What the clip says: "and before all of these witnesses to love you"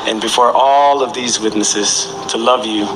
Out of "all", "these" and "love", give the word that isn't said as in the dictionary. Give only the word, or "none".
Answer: none